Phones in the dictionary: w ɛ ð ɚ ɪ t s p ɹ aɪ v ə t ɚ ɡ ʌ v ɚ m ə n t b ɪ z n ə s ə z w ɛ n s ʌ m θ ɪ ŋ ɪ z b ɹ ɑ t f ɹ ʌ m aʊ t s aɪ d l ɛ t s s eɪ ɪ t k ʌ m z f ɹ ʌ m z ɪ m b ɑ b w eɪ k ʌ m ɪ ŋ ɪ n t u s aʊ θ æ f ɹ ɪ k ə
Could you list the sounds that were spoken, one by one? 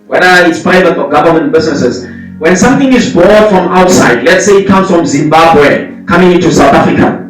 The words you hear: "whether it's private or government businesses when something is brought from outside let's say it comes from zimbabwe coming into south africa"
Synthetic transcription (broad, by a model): w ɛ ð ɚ ɪ t s p ɹ aɪ v ə t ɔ ɡ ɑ v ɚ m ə n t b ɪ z n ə s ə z w ɛ n s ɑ m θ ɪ ŋ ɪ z b ɑ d f ɹ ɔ m aʊ t s aɪ d l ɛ t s s eɪ ɪ t k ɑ m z f ɹ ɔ m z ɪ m b ɑ b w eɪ k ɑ m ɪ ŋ ɪ n t u s aʊ θ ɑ f ɹ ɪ k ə